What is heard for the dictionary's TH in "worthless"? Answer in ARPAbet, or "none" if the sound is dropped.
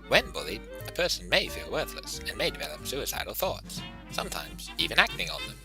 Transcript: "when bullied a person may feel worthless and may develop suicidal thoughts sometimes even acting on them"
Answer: TH